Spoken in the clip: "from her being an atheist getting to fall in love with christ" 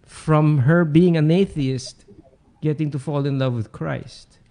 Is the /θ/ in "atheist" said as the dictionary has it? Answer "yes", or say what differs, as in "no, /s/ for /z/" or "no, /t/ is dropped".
yes